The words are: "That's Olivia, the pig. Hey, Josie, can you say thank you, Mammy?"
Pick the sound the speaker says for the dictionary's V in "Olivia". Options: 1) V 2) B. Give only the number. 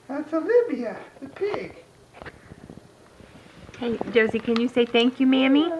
2